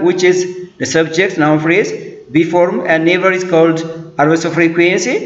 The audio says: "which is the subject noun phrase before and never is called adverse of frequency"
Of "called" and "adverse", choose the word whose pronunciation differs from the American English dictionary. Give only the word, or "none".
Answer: adverse